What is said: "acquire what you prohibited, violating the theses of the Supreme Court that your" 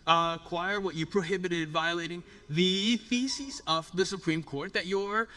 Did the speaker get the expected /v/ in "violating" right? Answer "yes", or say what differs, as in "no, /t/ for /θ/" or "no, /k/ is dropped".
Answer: yes